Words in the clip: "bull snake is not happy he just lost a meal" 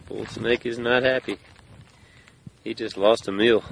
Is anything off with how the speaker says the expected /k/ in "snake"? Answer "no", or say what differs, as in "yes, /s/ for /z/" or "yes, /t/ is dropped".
no